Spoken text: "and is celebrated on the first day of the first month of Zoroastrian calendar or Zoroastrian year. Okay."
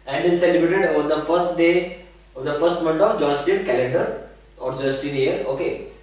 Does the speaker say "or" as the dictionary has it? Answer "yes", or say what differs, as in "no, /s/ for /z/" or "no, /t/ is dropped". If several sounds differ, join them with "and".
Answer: yes